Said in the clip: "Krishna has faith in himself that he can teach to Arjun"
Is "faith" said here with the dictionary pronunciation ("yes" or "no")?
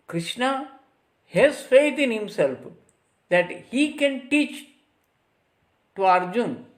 no